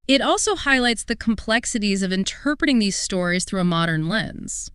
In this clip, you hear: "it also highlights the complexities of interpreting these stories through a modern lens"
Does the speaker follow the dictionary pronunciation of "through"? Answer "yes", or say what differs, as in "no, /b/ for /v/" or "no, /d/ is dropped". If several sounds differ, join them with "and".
yes